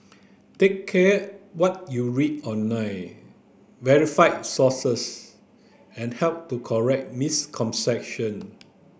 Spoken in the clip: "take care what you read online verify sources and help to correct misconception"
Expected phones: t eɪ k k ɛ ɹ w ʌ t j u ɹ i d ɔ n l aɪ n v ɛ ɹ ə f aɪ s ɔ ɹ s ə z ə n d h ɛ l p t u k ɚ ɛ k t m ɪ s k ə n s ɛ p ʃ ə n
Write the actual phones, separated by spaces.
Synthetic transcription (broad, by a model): t eɪ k k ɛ w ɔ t j u ɹ i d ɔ n aɪ v ɛ ɹ ə f aɪ s ɔ s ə s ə n h ɛ l p t u k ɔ ɛ k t m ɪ s k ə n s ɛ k ʃ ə n